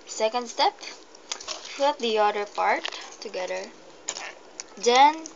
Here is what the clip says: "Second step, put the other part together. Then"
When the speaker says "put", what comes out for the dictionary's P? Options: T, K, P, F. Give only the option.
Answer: F